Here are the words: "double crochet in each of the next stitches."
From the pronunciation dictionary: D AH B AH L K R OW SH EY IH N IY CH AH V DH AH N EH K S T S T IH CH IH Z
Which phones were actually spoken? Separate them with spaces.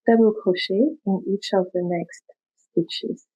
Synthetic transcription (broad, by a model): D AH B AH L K OW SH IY IH N IY CH AH V DH AH N EH K S T S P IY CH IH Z